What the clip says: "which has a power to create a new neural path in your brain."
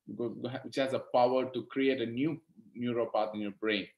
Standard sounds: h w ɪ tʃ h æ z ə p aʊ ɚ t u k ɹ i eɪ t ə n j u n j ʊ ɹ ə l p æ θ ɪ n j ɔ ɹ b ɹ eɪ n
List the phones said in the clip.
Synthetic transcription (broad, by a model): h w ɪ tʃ h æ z ə p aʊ ɚ t u k ɹ i eɪ t ə n j u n j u ɹ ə p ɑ t ɪ n j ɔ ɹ b ɹ eɪ n